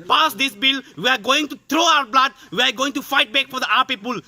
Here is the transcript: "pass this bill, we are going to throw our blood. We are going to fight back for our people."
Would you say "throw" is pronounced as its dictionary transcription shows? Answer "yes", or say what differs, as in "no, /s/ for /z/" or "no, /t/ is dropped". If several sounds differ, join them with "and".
no, /t/ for /θ/